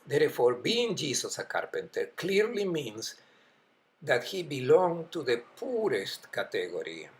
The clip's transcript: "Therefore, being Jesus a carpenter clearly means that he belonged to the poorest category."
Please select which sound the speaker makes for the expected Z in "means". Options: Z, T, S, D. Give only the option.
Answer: S